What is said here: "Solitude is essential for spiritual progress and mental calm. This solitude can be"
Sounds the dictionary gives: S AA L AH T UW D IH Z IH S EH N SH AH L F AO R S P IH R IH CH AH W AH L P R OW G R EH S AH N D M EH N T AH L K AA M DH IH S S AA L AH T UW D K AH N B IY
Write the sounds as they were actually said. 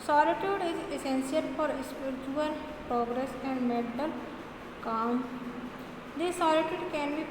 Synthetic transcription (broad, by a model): S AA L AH T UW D IH Z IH S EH N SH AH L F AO R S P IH R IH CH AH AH L P R OW G R EH S AH N D M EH T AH L K AA M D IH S S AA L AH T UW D K AH N B IY